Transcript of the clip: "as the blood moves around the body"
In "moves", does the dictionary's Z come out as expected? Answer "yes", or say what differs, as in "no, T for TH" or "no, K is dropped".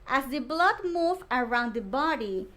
no, Z is dropped